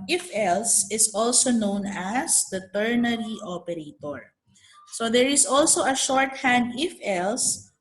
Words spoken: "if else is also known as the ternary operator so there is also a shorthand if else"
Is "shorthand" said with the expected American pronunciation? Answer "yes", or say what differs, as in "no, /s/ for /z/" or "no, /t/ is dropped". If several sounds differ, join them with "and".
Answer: yes